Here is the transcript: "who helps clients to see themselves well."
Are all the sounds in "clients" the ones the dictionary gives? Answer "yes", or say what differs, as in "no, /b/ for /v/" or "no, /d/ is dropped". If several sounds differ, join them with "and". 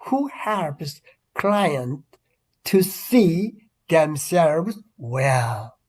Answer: no, /s/ is dropped